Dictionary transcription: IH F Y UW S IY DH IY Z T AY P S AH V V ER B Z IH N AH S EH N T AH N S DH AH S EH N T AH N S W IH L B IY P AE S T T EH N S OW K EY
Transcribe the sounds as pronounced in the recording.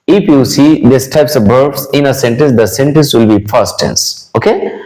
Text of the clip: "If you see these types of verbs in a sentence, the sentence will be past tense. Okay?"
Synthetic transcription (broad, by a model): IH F Y UW S IY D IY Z T AY P S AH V B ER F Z IH N AH S EH N T AH N S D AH S EH N T AH N S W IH L B IY F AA S T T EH N S OW K EY